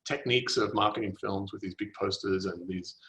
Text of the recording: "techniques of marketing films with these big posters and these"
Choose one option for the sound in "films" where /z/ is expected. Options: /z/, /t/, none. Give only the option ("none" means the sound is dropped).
/z/